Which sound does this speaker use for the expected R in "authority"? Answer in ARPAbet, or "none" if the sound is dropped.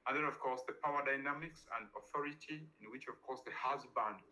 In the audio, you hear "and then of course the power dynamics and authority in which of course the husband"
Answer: R